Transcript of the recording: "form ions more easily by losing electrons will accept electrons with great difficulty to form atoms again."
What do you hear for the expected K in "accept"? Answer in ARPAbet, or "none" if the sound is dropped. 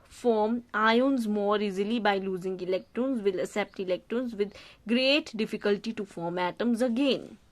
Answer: none